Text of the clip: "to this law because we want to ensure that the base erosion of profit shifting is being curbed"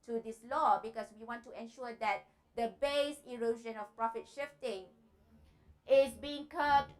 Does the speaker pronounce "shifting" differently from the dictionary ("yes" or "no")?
no